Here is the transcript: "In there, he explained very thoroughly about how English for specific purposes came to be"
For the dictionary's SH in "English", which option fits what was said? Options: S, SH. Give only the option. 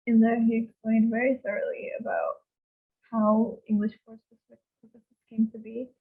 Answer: SH